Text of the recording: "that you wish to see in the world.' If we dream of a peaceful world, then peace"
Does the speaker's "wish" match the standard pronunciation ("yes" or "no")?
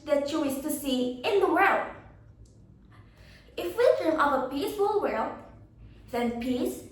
no